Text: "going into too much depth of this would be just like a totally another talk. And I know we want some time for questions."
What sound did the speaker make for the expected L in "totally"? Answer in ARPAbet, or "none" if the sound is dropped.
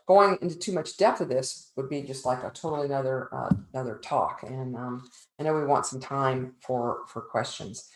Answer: N